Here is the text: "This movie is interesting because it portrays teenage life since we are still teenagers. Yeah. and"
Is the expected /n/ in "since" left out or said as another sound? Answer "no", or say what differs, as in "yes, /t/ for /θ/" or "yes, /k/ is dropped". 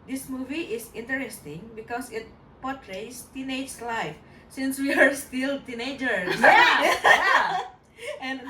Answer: no